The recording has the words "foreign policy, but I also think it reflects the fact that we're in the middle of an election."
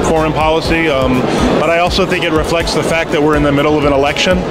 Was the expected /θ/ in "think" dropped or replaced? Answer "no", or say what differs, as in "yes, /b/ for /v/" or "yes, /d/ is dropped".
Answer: no